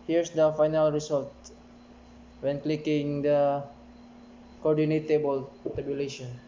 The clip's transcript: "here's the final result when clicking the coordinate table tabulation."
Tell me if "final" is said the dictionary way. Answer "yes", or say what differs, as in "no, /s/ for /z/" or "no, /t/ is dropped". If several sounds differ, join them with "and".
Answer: yes